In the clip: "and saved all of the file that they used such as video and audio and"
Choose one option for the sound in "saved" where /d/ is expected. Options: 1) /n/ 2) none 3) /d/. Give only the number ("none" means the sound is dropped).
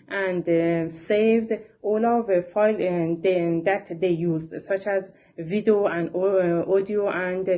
3